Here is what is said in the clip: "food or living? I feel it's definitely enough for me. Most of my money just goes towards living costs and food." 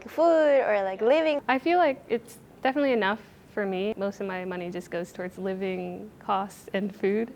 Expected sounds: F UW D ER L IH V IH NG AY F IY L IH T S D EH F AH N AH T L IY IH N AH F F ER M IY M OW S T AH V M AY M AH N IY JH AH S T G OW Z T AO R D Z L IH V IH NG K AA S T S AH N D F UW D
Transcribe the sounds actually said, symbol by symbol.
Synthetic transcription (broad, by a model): F UW D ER L IH V IH NG AY F IY L IH T S D EH F AH N AH T L IY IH N AH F F ER M IY M OW S T AH V M AY M AH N IY JH AH S G OW Z T AO R D Z L IH V IH NG K AA S T AH N F UW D